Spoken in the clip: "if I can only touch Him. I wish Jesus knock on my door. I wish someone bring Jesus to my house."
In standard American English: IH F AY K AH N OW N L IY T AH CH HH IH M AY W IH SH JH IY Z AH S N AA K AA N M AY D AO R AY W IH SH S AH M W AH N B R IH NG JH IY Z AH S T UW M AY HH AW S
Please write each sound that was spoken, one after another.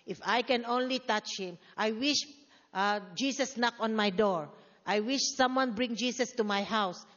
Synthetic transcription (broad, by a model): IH F AY K AH N OW N L IY T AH CH HH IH M AY W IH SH JH IY S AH S N AA K AA N M AY D AO R AY W IH SH S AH M W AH N B R IH NG JH IY S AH S T UW M AY HH AW S